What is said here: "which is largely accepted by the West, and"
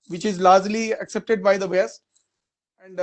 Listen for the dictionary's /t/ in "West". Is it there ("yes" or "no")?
no